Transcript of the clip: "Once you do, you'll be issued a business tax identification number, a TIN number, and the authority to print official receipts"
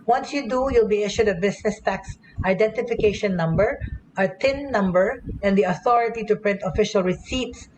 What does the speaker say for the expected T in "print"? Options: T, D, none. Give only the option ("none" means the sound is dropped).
T